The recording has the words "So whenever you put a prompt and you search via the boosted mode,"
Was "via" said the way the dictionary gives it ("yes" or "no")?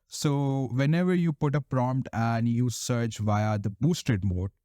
yes